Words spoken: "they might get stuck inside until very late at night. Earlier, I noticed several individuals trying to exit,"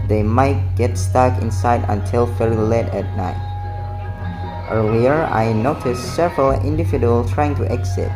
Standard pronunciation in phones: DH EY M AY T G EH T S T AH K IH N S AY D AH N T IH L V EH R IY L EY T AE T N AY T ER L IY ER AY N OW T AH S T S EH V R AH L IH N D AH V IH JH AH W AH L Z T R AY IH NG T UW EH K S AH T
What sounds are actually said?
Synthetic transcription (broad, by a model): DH EY M AY T G EH T S T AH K IH N S AY D AH N T IH L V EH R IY L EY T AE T N AY T ER L IY ER AY N OW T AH S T S EH V R AH L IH N D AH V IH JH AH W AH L T R AY IH NG T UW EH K S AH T